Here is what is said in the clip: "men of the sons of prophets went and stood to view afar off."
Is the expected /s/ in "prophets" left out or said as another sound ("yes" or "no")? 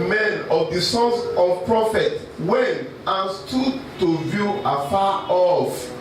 yes